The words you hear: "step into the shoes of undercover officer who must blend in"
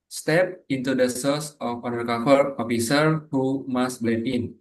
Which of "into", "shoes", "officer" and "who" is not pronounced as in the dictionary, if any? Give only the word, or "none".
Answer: shoes